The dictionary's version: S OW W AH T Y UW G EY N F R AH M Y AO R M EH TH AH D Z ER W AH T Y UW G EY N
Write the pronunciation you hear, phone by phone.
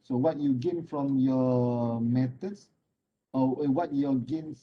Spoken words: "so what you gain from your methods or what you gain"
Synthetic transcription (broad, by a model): S OW W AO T Y UW G EY N F R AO M Y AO M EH T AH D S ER W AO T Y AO G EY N